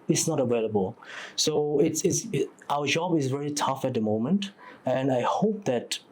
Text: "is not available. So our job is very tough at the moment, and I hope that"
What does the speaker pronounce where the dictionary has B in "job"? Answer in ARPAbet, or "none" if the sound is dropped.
B